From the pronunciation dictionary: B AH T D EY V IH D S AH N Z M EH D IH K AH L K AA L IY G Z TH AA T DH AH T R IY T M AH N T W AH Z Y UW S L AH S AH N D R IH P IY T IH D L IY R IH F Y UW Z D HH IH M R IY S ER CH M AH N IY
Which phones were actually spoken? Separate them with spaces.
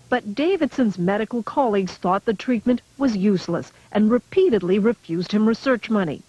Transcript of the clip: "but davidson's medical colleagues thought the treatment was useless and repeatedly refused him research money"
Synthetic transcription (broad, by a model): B AH T D EY V IH D S AH N Z M EH D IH K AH L K AA L IY G Z TH AA T DH AH T R IY T M AH N T W AH Z Y UW S L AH S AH N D R IH P IY T IH D L IY R IH F Y UW Z D HH IH M R IY S ER CH M AH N IY